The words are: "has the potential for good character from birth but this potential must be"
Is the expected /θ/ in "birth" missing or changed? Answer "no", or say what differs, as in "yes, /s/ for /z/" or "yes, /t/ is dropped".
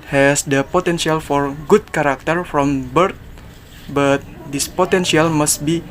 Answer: yes, /t/ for /θ/